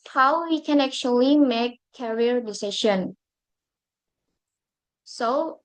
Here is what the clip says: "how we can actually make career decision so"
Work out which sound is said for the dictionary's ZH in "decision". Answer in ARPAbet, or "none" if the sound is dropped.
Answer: SH